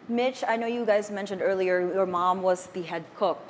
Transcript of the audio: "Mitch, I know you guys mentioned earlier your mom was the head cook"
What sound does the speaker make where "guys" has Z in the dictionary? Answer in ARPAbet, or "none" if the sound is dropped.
Z